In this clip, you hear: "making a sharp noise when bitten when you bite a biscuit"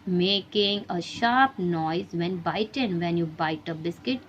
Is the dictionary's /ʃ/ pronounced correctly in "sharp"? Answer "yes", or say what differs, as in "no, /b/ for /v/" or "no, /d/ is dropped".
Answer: yes